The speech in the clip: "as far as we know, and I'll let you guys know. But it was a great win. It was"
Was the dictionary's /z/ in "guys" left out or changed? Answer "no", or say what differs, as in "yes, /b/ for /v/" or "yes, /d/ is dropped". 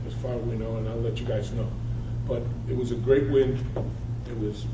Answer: no